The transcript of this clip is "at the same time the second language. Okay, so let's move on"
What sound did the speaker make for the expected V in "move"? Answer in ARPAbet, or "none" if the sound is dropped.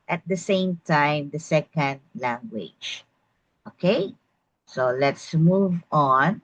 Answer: V